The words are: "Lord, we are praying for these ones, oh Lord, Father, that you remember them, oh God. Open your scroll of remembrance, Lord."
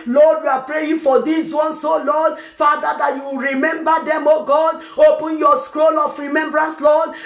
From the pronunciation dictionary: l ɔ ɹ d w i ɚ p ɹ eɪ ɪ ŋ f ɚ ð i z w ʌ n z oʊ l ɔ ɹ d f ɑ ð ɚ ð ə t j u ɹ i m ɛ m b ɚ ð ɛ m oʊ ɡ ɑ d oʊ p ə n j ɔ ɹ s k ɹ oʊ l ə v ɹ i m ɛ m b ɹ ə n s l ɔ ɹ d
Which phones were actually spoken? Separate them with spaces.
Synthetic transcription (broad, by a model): l ɔ d w i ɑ p ɹ eɪ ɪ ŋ f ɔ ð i s w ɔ n s oʊ l ɔ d f ɑ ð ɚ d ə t j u ɹ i m ɛ m b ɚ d ɛ m oʊ ɡ ɑ d oʊ p ə n j ɔ s k ɹ oʊ l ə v ɹ i m ɛ m b ɹ ə n s l ɔ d